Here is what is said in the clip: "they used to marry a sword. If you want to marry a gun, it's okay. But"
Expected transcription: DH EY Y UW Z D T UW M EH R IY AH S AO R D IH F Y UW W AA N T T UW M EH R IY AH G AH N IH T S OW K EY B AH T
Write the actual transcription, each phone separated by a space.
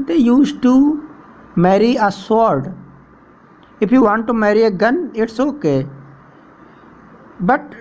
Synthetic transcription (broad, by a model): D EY Y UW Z T UW M EH R IY AH S AO R D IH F Y UW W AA N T T UW M EH R IY AH G AH N IH T S OW K EY B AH T